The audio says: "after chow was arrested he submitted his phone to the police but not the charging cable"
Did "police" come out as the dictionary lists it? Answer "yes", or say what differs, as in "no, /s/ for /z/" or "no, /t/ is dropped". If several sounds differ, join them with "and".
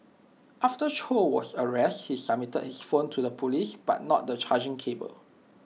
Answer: yes